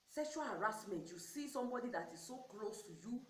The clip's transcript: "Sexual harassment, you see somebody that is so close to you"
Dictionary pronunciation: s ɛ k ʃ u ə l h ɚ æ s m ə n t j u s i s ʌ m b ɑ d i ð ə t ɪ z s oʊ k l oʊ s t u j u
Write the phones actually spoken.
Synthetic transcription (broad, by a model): s ɛ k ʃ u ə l h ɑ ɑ s m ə n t j u s i s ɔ m b ɑ d i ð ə t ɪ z s oʊ k l oʊ s t u j u